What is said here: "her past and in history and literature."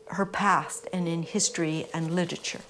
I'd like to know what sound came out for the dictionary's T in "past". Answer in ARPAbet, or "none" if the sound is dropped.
T